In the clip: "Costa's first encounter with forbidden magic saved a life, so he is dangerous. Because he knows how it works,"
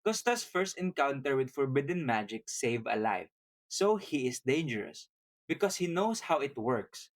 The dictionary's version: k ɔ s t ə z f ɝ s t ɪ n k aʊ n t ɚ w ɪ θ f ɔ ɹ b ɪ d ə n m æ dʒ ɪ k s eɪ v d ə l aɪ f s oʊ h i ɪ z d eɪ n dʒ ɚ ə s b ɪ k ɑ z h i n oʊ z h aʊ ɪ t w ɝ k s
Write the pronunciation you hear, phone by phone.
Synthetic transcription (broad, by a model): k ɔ s t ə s f ɝ s t ɪ n k aʊ n t ɚ w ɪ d f ɔ ɹ b ɪ d ə n m æ dʒ ɪ k s eɪ v ə l aɪ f s oʊ h i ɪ s d eɪ n dʒ ɚ ə s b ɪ k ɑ s h i n oʊ s h aʊ ɪ t w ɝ k s